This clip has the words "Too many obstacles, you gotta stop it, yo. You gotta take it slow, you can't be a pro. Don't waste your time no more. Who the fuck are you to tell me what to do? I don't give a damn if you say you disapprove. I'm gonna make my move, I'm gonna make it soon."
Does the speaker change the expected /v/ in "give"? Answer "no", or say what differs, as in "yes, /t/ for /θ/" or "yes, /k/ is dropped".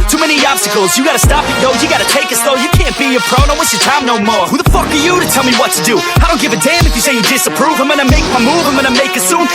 no